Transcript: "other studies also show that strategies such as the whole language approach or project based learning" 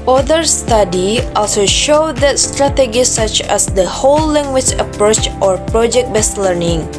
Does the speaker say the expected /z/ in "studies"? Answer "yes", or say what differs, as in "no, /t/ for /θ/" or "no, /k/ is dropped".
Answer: no, /z/ is dropped